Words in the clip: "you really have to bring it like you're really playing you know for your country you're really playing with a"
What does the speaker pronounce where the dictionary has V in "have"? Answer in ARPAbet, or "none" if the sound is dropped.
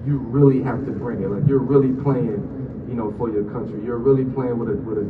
F